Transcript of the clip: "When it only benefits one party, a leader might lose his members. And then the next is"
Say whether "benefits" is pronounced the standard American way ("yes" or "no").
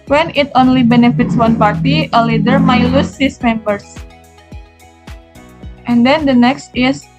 yes